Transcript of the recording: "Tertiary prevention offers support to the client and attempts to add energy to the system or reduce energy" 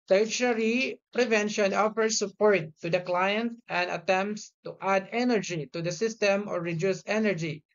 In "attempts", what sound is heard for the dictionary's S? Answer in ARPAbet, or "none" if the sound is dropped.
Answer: S